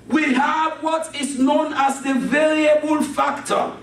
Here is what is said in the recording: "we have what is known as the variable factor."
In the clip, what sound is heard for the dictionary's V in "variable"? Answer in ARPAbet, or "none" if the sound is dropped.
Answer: V